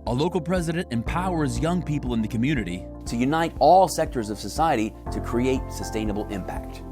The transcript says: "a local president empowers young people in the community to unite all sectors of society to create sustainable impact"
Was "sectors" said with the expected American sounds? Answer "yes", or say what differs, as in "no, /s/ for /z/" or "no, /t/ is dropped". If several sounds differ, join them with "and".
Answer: yes